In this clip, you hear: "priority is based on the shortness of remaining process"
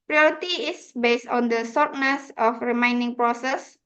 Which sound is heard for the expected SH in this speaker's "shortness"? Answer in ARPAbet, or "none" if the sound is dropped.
S